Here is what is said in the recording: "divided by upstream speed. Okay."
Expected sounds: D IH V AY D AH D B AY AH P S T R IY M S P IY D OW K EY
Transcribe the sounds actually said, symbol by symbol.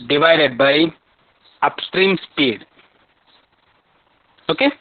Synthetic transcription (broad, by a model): D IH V AY D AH D B AY AH P S T R IY M S P IY D OW K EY